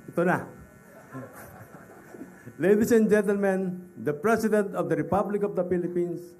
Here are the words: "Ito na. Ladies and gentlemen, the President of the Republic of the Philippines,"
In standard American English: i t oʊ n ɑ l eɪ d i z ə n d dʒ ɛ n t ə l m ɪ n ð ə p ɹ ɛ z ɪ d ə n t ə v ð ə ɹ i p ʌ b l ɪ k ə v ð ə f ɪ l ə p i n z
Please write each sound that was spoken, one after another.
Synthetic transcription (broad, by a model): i t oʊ n ɑ l eɪ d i s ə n dʒ ɛ n t ə l m ɪ n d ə p ɹ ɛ s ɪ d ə n t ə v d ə ɹ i p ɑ b l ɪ k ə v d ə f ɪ l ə p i n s